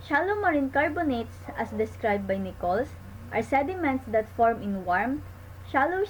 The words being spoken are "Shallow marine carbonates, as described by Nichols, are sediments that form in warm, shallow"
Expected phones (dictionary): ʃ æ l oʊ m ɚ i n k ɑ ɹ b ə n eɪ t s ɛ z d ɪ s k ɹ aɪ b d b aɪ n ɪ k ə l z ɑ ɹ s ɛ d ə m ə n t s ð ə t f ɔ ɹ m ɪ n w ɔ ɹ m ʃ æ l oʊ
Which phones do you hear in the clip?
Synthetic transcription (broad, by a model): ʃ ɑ l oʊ m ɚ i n k ɑ ɹ b ə n eɪ t s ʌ s d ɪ s k ɹ aɪ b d b aɪ n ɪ k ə l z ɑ ɹ s ɛ d ə m ə n t s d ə t f ɔ ɹ m ɪ n w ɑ ɹ m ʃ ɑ l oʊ